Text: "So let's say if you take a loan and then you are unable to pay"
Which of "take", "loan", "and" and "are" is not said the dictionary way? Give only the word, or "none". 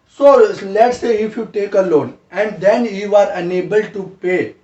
none